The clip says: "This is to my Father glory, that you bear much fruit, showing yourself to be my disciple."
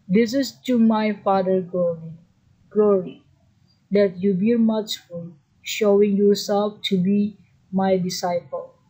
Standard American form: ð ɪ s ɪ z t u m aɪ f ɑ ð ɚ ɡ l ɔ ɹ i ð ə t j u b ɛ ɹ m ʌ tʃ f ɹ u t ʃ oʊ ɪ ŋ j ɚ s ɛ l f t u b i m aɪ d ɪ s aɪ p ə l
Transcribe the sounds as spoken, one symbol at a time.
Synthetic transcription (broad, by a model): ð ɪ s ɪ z t u m aɪ f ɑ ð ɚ ɡ l ɔ ɹ i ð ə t j u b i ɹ m ʌ tʃ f u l ʃ oʊ ɪ ŋ j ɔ s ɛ l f t u b i m aɪ d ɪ s aɪ p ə l